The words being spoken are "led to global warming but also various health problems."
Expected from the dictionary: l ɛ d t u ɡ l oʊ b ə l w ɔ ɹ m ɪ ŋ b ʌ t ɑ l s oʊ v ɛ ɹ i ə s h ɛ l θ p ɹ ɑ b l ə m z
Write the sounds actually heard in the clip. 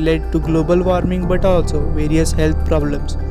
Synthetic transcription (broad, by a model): l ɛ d t u ɡ l oʊ b ə l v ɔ ɹ m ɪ ŋ b ʌ t ɑ l s oʊ v ɛ ɹ i ə s h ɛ l t p ɹ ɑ b l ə m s